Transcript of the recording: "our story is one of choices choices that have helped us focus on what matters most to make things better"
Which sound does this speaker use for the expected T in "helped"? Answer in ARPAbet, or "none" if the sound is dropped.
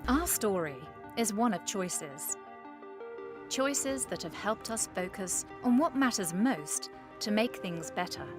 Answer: T